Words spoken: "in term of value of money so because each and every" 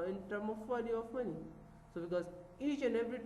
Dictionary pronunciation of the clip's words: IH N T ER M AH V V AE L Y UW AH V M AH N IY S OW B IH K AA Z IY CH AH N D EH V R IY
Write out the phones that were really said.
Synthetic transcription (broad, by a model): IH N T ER M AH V F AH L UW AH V M AH N IY S OW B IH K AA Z IY CH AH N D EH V R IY